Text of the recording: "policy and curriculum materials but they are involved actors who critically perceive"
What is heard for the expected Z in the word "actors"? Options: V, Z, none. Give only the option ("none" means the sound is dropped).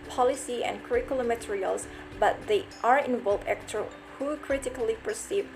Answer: none